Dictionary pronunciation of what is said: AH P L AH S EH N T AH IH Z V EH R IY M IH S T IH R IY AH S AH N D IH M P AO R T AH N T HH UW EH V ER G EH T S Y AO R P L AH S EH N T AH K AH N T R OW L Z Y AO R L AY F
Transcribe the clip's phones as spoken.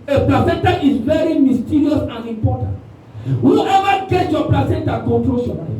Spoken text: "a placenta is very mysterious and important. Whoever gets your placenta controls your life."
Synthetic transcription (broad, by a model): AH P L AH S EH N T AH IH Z V EH R IY M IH S T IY R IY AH S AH N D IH M P AO T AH N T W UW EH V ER G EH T Y AO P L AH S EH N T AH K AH N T R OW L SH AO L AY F